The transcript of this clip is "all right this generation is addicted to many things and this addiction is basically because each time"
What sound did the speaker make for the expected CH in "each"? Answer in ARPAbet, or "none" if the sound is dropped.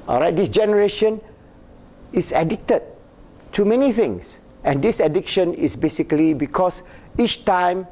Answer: CH